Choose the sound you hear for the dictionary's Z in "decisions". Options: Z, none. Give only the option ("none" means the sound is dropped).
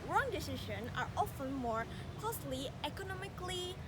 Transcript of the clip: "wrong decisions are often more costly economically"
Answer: none